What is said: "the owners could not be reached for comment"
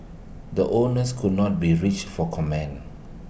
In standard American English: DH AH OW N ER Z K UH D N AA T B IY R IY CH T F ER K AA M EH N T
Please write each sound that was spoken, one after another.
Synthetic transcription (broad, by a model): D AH OW N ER S K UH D N AA T B IY R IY CH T F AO K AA M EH N